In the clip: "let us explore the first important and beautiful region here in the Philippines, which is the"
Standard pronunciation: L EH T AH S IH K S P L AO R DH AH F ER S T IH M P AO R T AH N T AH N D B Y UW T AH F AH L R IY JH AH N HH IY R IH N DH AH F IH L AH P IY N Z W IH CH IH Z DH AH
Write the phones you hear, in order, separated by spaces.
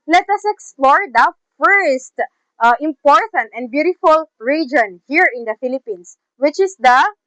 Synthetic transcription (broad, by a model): L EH T AH S IH K S P L AO R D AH F ER S T IH M P AO R T AH N T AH N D B Y UW T AH F AH L R IY JH AH N HH IY R IH N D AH F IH L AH P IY N S W IH CH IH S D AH